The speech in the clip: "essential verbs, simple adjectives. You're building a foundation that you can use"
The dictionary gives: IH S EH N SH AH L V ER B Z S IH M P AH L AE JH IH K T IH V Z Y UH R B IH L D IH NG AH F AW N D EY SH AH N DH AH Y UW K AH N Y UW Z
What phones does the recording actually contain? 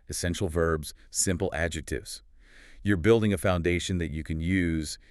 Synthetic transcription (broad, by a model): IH S EH N SH L V ER B Z S IH M P L AE JH IH K T IH V Z Y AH R B IH L D IH NG AH F AW N D EY SH AH N DH AH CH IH K AH N Y UW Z